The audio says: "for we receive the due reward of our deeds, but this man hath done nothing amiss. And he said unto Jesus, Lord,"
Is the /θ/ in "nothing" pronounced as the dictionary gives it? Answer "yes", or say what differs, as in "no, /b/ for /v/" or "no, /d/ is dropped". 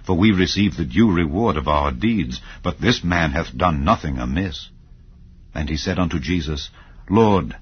yes